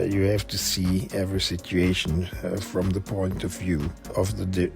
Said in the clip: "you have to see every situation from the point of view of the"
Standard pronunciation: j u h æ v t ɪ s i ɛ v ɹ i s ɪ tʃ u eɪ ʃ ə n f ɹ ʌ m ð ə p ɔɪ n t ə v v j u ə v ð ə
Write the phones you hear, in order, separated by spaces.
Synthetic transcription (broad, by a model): j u h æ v t ɪ s i ɛ v ɹ i s ɪ tʃ u eɪ ʃ ə n f ɹ ʌ m ð ə p ɔɪ n t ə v v j u ə v ð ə